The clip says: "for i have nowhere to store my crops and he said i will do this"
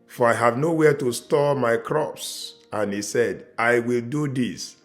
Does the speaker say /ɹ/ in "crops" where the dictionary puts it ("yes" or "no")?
yes